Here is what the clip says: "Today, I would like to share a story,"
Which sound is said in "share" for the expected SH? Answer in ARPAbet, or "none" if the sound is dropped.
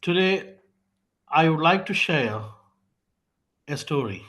SH